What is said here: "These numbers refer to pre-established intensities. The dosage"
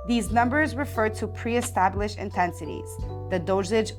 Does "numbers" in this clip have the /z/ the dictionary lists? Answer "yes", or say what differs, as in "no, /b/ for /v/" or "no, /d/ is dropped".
yes